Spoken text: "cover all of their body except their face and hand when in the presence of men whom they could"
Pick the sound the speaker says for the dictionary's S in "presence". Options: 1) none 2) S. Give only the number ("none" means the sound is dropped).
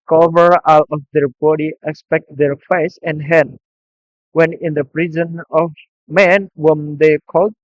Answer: 1